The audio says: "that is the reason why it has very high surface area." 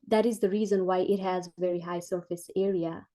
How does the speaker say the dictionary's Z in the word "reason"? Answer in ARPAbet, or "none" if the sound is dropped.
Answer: Z